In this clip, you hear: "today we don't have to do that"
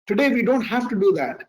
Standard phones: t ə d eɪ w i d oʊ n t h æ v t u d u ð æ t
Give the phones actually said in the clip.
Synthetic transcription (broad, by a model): t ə d eɪ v i d oʊ n t h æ f t u d u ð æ t